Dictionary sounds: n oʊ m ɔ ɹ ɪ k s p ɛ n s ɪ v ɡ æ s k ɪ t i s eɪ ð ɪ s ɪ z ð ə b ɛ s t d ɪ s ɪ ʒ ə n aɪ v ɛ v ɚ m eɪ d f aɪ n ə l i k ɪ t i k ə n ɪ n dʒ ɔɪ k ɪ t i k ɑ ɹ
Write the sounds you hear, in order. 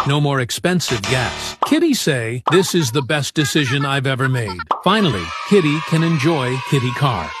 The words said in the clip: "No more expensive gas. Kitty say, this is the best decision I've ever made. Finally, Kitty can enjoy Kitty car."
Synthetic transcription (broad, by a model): n oʊ m ɔ ɹ ɪ k s p ɛ n s ɪ v ɡ æ s k ɪ t i s eɪ ð ɪ s ɪ z ð ə b ɛ s d ɪ s ɪ ʒ ə n aɪ v ɛ v ɚ m eɪ d f aɪ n l i k ɪ t i k ə n ɪ n dʒ ɔɪ k ɪ t i k ɑ ɹ